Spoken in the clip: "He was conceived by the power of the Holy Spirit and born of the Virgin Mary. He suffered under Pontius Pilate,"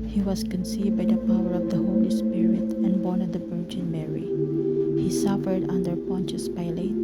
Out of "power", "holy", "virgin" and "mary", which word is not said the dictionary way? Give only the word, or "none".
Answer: virgin